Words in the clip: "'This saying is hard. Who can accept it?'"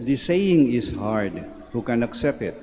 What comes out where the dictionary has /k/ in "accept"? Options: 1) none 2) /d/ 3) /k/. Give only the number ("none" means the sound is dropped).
3